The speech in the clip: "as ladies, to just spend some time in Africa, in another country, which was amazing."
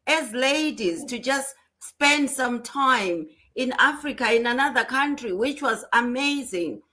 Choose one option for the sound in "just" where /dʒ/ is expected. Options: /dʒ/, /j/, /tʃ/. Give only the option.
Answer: /dʒ/